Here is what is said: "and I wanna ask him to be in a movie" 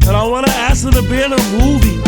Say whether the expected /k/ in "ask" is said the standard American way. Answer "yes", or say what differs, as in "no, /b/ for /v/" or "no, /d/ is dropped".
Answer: no, /k/ is dropped